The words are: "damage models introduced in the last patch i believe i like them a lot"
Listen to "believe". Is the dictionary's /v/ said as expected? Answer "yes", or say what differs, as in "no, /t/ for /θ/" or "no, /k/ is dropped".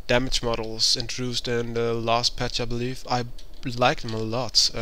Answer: no, /f/ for /v/